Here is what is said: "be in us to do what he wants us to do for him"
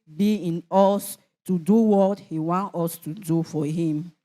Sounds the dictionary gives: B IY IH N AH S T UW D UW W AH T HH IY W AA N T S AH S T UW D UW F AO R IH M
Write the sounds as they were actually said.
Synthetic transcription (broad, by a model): B IY IH N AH S T UW D UW W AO T HH IY W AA N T AH S T UW D UW F AO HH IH M